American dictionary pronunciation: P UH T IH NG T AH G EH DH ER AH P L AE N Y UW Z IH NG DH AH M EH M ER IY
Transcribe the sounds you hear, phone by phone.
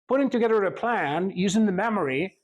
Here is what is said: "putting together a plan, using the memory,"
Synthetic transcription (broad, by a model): P UH T IH NG T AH G EH DH ER AH P L AE N Y UW Z IH NG DH AH M EH M ER IY